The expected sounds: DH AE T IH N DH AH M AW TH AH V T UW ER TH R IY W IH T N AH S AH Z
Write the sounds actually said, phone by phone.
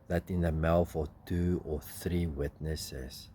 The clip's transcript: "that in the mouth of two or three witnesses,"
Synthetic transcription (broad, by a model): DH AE T IH N DH AH M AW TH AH T UW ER TH R IY W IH T N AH S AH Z